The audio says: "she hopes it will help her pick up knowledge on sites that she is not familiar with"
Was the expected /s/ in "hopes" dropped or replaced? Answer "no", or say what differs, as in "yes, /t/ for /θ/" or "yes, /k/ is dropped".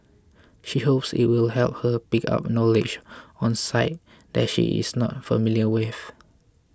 no